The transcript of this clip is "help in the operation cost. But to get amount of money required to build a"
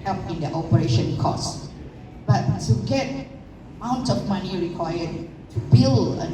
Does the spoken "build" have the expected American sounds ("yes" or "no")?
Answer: no